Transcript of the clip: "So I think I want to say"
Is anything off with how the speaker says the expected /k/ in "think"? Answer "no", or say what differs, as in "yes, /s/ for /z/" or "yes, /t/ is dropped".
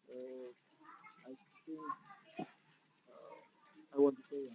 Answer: yes, /k/ is dropped